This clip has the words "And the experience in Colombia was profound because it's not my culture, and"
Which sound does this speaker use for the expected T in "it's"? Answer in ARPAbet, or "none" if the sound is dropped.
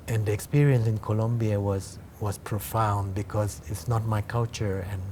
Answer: T